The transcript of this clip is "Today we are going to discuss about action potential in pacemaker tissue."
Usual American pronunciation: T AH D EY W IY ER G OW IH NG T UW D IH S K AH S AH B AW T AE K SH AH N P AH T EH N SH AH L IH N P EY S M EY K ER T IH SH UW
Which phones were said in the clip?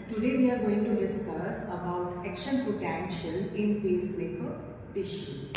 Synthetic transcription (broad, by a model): T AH D EY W IY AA G OW IH NG T UW D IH S K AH S AH B AW T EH K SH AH N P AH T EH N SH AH N IH N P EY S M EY K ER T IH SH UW